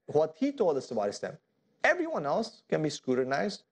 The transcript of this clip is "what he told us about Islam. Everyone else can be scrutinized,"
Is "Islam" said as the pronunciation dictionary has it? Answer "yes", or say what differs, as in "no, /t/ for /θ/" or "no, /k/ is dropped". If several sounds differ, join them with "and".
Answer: no, /l/ is dropped